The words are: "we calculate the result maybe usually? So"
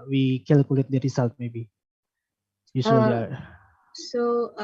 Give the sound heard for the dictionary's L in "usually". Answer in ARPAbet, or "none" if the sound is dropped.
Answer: none